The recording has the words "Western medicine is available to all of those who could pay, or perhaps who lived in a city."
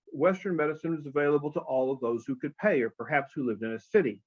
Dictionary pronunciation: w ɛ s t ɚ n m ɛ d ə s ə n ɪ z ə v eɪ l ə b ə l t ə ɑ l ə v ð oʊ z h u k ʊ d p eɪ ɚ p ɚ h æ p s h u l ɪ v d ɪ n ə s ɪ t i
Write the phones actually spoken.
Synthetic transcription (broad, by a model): w ɛ s t ɚ n m ɛ d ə s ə n ɪ z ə v eɪ l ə b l t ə ɑ l ə v ð oʊ z h u k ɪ d p eɪ ɚ p ɚ h æ p s h u l ɪ v d ɪ n ə s ɪ t i